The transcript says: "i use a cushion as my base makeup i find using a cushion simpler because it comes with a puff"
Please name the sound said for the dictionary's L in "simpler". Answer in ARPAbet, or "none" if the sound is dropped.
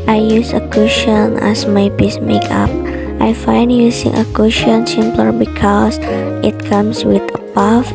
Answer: L